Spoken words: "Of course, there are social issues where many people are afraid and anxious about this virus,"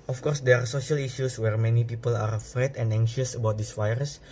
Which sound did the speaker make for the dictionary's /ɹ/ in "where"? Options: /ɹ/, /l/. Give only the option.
/ɹ/